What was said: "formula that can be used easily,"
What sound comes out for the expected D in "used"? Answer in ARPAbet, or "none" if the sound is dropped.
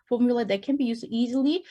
none